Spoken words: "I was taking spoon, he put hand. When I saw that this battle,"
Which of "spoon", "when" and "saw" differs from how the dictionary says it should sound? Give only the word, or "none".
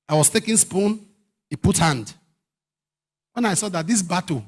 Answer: none